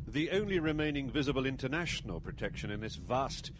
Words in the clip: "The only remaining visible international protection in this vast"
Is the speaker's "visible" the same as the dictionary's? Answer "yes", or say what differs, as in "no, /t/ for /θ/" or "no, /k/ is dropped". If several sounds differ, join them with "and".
yes